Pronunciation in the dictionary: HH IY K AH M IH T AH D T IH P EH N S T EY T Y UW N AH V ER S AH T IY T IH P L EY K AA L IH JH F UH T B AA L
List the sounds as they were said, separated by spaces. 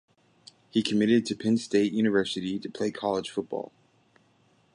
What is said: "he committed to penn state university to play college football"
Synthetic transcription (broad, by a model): HH IY K AH M IH T AH D T IH P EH N S T EY T Y UW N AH V ER S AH T IY T IH P L EY K AA L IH ZH F UH T B AA L